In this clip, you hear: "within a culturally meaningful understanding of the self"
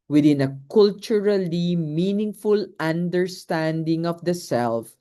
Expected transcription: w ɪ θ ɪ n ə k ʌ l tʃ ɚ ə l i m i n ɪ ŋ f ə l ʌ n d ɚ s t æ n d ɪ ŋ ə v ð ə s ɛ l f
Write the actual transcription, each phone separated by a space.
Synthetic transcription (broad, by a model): w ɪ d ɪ n ə k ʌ l tʃ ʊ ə l i m i n ɪ ŋ f ə l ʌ n d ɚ s t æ n d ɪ ŋ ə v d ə s ɛ l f